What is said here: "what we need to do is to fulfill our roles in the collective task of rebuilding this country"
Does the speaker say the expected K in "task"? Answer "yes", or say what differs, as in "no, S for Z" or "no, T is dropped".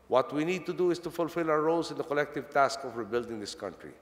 yes